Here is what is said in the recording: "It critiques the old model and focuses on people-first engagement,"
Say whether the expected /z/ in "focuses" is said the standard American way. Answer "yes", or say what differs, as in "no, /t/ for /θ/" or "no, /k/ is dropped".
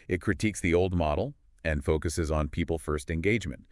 yes